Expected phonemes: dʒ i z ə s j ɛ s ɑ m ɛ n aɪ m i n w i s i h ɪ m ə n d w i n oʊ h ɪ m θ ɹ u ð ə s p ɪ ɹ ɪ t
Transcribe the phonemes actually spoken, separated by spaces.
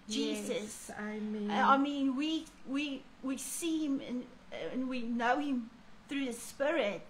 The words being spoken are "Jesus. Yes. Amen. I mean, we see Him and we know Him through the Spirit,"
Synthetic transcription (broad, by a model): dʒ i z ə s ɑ ɑ m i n aɪ m i n w i s i h ɪ m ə n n w i n oʊ h ɪ m θ ɹ u ð ə s p ɪ ɹ ɪ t